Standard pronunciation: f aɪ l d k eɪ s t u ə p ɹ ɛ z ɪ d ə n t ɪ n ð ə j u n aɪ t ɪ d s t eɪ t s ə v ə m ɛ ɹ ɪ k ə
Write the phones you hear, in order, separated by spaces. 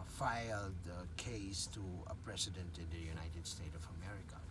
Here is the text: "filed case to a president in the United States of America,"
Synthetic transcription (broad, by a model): f aɪ l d k eɪ s t u ə p ɹ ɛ s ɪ d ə n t ɪ n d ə j u n aɪ t ɪ d s t eɪ t ə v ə m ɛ ɹ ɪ k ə